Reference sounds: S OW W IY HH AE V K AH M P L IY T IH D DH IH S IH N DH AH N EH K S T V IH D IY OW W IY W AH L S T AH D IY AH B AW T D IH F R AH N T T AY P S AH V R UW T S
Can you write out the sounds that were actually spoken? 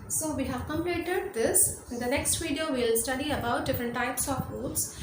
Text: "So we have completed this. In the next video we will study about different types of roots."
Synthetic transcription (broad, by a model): S OW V IY HH AE V K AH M L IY T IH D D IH S IH N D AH N EH K S T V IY D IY OW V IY L S T AH D IY AH B AW T D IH F R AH N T T AY P S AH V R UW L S